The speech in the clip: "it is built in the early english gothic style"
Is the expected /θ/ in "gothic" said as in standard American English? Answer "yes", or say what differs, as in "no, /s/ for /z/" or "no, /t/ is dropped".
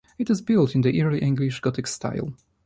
no, /t/ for /θ/